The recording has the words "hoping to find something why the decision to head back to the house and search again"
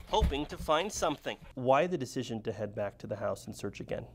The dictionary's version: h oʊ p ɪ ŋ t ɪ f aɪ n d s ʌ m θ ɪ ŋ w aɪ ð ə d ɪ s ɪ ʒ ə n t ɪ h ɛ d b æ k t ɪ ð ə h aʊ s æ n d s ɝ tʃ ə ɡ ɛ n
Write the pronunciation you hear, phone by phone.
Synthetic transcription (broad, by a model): h oʊ p ɪ ŋ t ɪ f aɪ n d s ʌ m θ ɪ ŋ w aɪ ð ə d ɪ s ɪ ʒ ə n t ɪ h ɛ d b æ k t ɪ ð ə h aʊ s n s ɝ tʃ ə ɡ ɛ n